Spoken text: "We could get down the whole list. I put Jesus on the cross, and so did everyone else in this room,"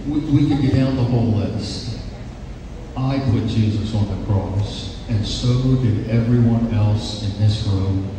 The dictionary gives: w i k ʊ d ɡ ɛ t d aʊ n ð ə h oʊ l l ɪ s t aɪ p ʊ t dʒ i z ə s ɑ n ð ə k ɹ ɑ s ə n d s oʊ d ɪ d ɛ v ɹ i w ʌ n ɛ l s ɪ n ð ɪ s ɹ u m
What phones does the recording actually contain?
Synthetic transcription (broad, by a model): w i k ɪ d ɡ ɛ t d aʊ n ð ə h oʊ l l ɪ s t aɪ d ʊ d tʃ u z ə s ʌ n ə k ɹ ɑ s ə n s oʊ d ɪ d ɛ v ɹ i w ʌ n ɛ l s ɪ n ð ɪ s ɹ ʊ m